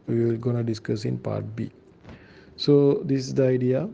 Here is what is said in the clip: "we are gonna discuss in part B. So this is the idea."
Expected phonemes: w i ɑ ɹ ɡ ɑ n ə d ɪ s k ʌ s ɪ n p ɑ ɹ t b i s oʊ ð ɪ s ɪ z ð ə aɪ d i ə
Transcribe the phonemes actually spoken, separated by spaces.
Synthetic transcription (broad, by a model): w i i l ɡ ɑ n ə d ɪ s k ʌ s ɪ n p ɑ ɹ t b i s oʊ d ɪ s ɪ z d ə aɪ d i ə